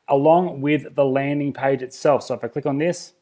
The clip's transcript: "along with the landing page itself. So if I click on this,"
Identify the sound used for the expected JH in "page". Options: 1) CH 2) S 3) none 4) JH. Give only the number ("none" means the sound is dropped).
4